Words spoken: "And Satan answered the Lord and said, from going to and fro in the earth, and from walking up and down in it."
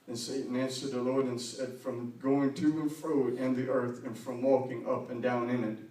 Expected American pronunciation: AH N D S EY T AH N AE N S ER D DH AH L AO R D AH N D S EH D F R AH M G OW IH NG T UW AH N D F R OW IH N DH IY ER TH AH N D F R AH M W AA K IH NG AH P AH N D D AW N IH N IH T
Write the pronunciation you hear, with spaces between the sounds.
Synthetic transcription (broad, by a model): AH N S EY T N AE N S ER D DH AH L AO R D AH N S EH D F R AH M G OW IH NG T UW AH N F R OW IH N DH IY ER TH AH N F R AH M W AA K IH NG AH P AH N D D AW N IH N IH T